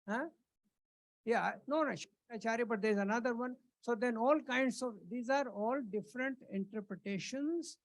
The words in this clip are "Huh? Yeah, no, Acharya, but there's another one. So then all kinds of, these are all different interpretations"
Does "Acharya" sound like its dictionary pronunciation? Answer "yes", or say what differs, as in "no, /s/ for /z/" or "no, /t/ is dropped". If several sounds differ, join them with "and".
no, /ʃ/ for /tʃ/